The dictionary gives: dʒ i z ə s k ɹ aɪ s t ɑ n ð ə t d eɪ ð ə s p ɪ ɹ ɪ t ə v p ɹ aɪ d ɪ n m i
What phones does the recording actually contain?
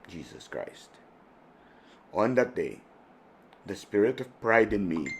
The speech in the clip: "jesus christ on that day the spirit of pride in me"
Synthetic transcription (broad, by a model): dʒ i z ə s k ɹ aɪ s t ɑ n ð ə t d eɪ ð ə s p ɪ ɹ ɪ t ə v p ɹ aɪ d ɪ n m i